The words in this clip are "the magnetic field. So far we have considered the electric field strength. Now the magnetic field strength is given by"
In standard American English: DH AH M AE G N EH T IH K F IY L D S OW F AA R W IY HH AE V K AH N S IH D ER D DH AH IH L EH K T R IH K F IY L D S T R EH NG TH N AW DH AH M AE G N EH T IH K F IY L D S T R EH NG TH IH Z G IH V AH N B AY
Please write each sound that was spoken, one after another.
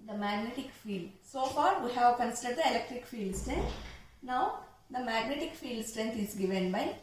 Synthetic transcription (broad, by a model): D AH M AE G N EH T IH K F IY L D S OW F AA R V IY HH AE V K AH N S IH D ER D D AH IH L EH K T R IH K F IY L D S T R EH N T N AW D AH M AE G N EH T IH K F IY L D S T R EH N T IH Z G IH V AH N B AY